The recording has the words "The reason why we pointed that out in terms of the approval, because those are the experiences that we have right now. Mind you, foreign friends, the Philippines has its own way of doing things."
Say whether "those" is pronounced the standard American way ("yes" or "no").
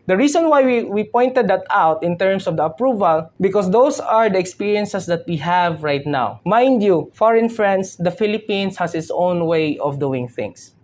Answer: no